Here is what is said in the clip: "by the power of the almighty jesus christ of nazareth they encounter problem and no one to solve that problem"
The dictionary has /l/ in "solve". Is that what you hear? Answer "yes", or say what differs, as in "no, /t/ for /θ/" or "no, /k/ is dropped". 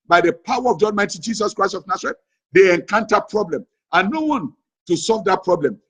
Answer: yes